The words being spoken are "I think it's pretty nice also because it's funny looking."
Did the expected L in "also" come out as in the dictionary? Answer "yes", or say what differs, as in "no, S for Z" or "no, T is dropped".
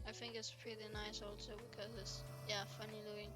yes